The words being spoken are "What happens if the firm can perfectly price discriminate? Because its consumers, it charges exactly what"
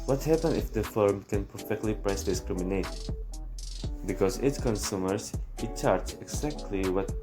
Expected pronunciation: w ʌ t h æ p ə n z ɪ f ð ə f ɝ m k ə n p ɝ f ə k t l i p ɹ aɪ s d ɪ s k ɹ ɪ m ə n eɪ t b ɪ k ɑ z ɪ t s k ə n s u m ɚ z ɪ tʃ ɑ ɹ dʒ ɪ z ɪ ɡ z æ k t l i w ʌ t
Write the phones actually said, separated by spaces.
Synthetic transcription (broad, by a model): w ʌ t h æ p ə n ɪ f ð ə f ɝ m k ə n p ɝ f ə k t l i p ɹ aɪ s d ɪ s k ɹ ɪ m ə n eɪ t b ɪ k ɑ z ɪ t s k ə n s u m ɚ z ɪ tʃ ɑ ɹ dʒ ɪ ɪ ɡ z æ k t l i w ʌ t